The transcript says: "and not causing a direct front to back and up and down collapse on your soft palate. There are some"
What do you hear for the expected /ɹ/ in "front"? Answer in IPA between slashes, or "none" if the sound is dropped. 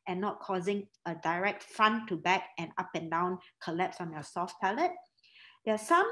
none